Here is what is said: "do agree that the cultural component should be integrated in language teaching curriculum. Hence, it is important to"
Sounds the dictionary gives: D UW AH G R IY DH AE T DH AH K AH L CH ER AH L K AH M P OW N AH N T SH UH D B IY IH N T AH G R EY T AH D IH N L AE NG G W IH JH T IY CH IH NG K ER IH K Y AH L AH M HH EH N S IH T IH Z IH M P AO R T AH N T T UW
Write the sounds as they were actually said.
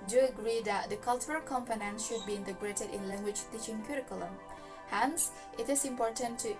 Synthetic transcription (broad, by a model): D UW AH G R IY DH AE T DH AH K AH L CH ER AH L K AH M F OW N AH N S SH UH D B IY IH N T AH G R EY T AH D IH N L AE NG G W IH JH T IY CH IH NG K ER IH K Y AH L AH M HH EH N S IH T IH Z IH M P AO R T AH N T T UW